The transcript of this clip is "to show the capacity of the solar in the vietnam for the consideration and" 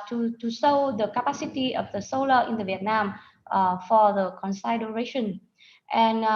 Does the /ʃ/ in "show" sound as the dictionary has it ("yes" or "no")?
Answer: no